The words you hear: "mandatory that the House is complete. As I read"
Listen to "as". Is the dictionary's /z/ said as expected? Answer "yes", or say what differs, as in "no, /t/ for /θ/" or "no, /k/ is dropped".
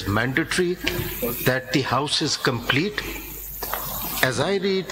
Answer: yes